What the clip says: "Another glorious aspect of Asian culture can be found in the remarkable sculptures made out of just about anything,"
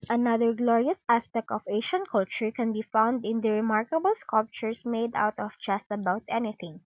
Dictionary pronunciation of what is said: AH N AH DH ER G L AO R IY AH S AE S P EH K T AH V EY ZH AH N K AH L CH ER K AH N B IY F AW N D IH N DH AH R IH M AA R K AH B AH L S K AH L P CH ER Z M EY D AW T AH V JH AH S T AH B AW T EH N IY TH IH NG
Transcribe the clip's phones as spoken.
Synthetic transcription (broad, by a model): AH N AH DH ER G L AO R IY AH S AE S P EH K T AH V EY SH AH N K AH L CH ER K AH N B IY F AW N D IH N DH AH R IH M AA R K AH B AH L S K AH L P CH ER S M EY D AW T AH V JH AH S T AH B AW T EH N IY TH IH NG